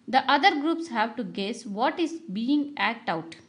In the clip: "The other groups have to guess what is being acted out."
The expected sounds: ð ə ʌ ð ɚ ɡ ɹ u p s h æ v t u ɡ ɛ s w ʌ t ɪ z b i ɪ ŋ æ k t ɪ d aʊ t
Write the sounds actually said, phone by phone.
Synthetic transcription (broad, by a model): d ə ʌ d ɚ ɡ ɹ u p s h æ v t u ɡ ɛ s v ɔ t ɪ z b i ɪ ŋ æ k t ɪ ʊ t